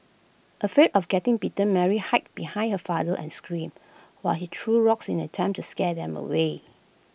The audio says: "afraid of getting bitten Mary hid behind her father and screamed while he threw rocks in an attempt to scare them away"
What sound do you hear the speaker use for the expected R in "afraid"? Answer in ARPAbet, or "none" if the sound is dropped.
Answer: none